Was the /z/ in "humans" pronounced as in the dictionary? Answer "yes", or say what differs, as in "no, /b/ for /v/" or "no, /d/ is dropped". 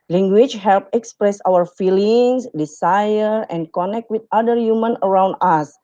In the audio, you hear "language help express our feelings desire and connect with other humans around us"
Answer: no, /z/ is dropped